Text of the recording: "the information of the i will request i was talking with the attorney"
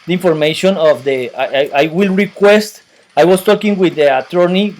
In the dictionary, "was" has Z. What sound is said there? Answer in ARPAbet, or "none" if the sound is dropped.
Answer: S